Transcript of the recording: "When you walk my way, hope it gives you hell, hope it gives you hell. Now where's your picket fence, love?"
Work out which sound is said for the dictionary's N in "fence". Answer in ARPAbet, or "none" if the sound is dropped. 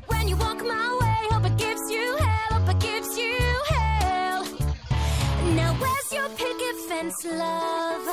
N